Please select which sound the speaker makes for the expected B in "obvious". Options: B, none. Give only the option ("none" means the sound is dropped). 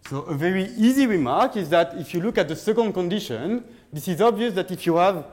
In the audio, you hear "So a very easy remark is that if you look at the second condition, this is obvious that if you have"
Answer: B